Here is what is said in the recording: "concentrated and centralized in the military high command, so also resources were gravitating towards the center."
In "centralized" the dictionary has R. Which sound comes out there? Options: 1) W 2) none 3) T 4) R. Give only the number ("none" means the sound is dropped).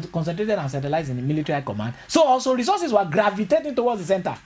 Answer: 2